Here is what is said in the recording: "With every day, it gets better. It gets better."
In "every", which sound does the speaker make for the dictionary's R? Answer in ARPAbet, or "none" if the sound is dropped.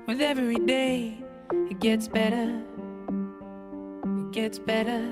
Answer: W